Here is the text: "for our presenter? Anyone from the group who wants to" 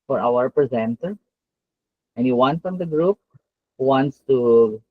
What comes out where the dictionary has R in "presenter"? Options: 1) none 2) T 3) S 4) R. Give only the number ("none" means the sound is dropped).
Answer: 4